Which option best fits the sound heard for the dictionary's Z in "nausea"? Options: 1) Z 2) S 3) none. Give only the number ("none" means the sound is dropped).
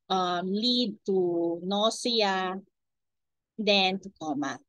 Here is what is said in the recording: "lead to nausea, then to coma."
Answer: 2